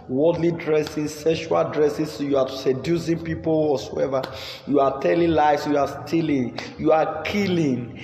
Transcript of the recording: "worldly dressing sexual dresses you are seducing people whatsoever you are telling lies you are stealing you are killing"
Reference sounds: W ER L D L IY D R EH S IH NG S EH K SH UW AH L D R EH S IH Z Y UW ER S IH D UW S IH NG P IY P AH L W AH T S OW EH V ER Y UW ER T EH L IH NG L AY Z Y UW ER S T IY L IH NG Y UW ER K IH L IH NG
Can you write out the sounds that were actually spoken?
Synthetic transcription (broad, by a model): W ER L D L IY D R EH S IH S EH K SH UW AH L D R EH S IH S Y UW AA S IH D UW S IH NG P IY P AH L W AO S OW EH V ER Y UW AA T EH L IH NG L AY S Y UW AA S T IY L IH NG Y UW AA K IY L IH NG